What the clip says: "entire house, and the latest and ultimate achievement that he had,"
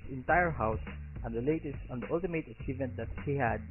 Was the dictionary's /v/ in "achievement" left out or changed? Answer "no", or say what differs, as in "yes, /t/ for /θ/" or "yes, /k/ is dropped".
no